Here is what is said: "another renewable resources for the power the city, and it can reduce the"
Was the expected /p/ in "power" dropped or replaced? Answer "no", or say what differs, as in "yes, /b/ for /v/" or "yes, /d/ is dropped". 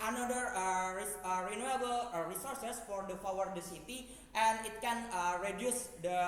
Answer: yes, /f/ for /p/